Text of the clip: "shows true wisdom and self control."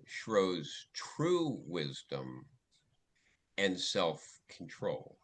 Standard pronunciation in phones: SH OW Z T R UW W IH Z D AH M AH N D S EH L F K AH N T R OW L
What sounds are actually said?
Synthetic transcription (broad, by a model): SH OW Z T R UW W IH Z D AH M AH N S EH L F K N T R OW L